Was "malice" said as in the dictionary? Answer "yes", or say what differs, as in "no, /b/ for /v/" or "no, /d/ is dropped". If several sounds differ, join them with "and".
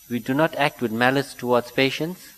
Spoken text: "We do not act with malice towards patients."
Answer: yes